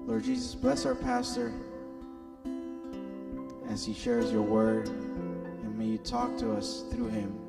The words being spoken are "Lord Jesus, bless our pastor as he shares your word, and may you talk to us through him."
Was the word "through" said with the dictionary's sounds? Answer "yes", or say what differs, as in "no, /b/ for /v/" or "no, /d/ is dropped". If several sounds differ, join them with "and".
yes